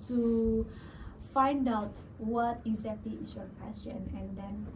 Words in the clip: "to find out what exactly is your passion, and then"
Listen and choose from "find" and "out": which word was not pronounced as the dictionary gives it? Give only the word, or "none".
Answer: none